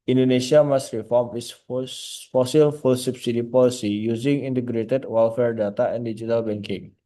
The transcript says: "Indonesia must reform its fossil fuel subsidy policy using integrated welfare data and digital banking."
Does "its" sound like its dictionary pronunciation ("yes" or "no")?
no